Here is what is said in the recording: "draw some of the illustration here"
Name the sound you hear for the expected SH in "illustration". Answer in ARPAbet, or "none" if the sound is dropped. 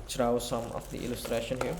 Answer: SH